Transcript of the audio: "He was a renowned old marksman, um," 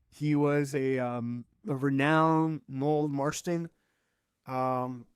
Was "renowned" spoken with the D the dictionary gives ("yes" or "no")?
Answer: no